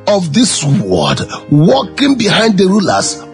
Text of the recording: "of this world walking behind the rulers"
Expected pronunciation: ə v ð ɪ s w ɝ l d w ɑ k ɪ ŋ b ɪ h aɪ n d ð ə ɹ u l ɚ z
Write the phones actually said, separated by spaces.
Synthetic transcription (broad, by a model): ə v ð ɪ s w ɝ d w ɑ k ɪ ŋ b ɪ h aɪ n d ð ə ɹ u l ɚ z